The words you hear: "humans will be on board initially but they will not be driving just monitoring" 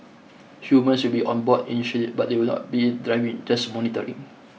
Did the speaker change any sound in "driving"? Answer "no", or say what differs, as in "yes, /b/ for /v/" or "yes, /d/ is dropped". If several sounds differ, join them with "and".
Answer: no